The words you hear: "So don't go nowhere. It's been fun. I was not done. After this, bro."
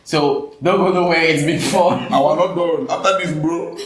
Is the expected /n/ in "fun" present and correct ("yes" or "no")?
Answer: no